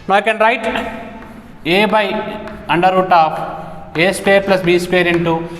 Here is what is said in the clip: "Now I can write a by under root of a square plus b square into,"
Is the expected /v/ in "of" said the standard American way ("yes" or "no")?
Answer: no